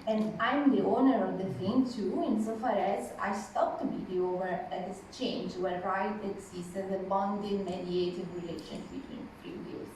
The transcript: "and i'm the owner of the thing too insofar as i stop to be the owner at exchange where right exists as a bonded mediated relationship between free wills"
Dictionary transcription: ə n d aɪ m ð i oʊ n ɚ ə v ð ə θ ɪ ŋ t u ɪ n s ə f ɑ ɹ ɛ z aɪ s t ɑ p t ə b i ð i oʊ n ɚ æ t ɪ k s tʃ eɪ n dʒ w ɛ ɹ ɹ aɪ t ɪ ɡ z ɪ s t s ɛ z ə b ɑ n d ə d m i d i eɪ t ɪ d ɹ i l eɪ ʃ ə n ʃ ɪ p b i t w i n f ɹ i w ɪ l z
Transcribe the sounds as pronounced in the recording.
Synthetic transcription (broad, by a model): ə n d aɪ m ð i oʊ n ɚ ə v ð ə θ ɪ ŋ t u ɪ n s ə f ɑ ɹ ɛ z aɪ s t ɑ p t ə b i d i oʊ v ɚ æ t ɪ s tʃ eɪ n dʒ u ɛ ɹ ɹ aɪ t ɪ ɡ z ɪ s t ɛ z ə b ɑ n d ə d m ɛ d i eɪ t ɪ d ɹ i l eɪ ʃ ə n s b i t w i n p ɹ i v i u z